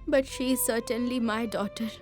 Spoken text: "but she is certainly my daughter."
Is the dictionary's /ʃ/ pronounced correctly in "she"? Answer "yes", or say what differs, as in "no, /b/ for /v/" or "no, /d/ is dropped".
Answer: yes